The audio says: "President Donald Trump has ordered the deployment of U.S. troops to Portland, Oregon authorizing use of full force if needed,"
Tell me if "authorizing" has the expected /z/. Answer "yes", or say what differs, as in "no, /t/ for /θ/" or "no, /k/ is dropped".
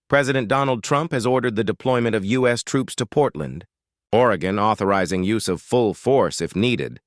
yes